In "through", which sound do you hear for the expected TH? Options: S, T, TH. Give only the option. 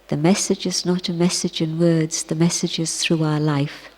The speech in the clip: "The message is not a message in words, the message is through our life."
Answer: TH